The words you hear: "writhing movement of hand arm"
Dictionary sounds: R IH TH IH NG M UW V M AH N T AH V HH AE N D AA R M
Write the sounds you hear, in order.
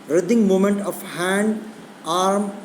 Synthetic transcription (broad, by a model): R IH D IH NG M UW M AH N T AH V HH AE N D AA R M